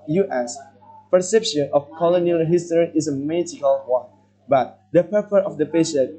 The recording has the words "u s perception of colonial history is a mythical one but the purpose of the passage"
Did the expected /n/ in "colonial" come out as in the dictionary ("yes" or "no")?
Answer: yes